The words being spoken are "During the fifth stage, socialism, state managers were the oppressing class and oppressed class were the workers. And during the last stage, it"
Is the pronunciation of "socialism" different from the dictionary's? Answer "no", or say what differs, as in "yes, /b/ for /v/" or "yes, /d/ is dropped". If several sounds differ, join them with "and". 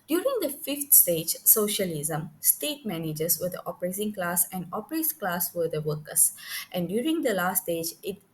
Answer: no